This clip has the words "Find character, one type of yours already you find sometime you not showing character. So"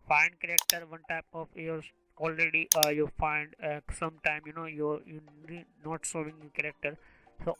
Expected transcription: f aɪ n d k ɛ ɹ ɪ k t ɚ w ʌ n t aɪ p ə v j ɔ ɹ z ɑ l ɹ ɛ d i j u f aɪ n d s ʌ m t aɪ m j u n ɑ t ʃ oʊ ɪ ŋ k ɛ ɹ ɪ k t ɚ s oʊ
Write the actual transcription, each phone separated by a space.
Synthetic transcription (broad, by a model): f aɪ n d k ɛ ɹ ɪ k t ɚ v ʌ n t aɪ p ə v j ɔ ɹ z ɑ l ɹ ɛ d i j u f aɪ n d s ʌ m t aɪ m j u n ɑ t s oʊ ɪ ŋ k ɛ ɹ ɪ k t ɚ s oʊ